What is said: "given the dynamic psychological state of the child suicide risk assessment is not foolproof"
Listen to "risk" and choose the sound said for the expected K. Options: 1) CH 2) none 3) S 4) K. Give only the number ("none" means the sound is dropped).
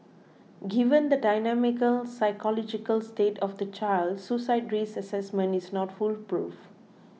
2